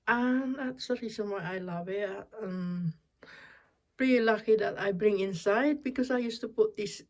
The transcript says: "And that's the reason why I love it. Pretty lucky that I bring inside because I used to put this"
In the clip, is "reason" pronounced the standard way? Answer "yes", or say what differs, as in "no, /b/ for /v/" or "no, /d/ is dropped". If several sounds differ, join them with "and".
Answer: no, /s/ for /z/